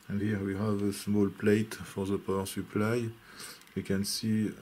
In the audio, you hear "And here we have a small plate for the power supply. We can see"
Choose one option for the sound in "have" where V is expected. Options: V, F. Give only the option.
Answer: V